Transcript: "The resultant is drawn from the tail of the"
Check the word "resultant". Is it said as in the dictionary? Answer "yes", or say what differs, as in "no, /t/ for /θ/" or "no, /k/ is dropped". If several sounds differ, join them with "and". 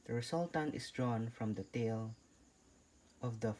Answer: no, /s/ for /z/